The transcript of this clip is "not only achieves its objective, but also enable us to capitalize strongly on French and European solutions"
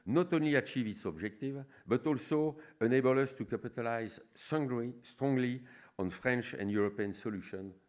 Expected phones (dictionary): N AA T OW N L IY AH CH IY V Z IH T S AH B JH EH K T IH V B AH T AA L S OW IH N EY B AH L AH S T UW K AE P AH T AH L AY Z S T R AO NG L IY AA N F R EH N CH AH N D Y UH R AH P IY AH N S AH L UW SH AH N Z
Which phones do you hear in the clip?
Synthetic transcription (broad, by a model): N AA T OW N L IY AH CH IY V IH T S AH B JH EH K T IH V B AH T AA L S OW IH N EY B AH L AH S T UW K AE P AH T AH L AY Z S T R AO NG L IY AA N F R EH N CH AH N D Y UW R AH P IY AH N S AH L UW SH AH N